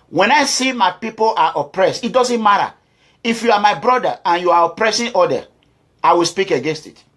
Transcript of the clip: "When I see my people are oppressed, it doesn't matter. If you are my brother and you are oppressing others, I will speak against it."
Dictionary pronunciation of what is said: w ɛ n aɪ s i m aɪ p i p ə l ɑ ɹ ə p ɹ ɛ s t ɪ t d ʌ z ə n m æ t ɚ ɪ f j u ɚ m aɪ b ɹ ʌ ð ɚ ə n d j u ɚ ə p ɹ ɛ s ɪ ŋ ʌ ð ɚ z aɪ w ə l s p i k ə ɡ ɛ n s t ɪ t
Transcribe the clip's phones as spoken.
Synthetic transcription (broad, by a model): w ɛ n aɪ s i m aɪ p i p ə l ɑ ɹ ə p ɹ ɛ s t ɪ t d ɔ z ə n m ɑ t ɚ ɪ f j u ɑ m aɪ b ɹ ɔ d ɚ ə n j u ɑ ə p ɹ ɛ s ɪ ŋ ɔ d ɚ aɪ w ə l s p i k ə ɡ ɛ n s t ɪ t